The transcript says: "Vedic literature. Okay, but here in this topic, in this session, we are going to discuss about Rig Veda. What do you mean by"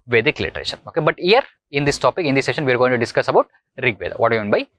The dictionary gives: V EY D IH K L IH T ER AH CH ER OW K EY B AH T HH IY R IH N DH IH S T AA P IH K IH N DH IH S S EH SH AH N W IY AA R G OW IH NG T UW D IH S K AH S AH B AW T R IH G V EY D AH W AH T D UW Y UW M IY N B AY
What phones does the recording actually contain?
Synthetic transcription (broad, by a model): V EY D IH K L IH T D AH SH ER OW K EY B AH T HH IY R IH N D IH S T AA P IH K IH N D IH S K SH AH N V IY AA R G OW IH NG T UW D IH S K AH S AH B AW T R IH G V EY D AH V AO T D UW Y UW M IY N B AY